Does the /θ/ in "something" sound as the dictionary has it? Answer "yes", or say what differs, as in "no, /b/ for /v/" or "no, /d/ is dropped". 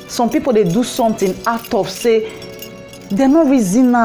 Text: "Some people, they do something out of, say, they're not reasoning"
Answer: no, /t/ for /θ/